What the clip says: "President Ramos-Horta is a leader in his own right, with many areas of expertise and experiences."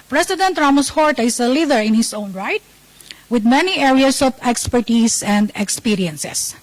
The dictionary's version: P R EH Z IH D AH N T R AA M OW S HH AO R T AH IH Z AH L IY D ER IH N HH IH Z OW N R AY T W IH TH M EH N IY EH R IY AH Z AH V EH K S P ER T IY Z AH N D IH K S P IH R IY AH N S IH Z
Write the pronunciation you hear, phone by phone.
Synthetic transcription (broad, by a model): P R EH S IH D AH N T R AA M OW S HH AO R T AH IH S AH L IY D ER IH N HH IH S OW N R AY T W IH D M EH N IY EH R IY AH S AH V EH K S P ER T IY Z AH N D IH K S P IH R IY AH N S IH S